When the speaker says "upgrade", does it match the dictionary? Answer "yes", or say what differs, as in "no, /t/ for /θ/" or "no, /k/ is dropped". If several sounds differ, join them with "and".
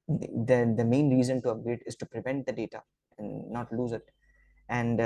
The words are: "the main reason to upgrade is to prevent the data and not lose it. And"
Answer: no, /b/ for /p/